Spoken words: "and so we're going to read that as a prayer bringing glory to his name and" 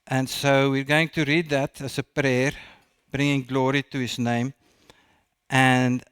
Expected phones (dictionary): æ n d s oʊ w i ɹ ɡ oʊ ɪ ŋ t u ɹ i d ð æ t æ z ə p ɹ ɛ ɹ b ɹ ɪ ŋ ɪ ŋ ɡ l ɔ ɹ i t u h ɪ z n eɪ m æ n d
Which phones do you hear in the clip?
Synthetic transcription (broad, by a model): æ n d s oʊ w i ɹ ɡ oʊ ɪ ŋ t u ɹ i d ð æ t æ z ə p ɹ ɛ ɹ b ɹ ɪ ŋ ɪ ŋ ɡ l ɔ ɹ i t u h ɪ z n eɪ m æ n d